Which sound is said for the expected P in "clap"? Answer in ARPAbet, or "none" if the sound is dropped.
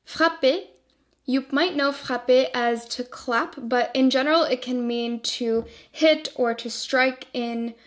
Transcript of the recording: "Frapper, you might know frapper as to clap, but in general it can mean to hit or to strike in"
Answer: P